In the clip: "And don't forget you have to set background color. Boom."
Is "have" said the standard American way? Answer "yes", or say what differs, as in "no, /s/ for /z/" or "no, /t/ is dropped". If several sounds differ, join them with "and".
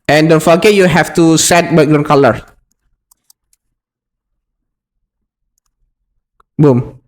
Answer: no, /f/ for /v/